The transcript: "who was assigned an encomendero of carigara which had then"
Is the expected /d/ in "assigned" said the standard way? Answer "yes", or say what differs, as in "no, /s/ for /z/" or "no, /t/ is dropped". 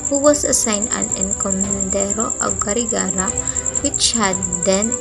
no, /d/ is dropped